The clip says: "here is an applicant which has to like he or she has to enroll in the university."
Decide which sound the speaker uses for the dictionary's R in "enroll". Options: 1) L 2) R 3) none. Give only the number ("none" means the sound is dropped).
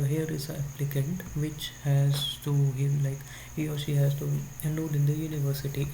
3